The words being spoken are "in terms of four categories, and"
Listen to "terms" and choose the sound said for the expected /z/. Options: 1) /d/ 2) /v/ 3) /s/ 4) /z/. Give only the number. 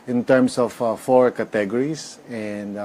3